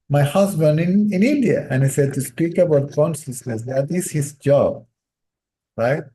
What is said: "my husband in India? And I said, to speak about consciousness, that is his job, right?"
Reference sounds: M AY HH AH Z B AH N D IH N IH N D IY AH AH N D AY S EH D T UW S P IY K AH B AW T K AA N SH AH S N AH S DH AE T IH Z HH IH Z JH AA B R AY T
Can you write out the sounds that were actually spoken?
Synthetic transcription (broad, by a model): M AY HH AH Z B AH N D IH N IH N D IY AH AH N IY S EH D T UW S P IY K AH B AW T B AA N S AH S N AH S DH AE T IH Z HH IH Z JH AA B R AY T